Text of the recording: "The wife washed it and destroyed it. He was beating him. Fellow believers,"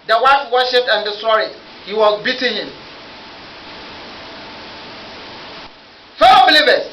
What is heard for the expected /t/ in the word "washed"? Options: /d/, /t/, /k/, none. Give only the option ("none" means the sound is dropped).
none